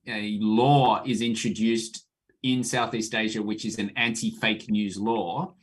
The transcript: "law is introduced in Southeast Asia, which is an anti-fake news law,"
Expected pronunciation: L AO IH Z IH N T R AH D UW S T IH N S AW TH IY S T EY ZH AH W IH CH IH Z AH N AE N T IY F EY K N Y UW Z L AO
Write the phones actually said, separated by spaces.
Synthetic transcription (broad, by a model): L AO IH Z IH N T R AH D UW S T IH N S AW TH IY S T EY ZH AH W IH CH IH Z AH N AE N T IY F EY K N Y UW Z L AO